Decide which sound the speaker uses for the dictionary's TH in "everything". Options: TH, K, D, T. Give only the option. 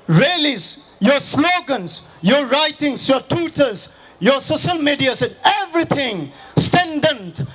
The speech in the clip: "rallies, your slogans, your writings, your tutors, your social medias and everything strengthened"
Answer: T